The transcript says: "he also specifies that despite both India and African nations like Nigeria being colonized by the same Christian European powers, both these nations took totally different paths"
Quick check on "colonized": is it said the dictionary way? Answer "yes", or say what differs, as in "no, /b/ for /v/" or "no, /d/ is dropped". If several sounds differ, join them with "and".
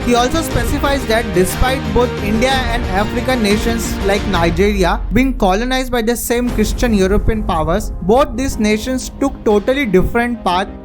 yes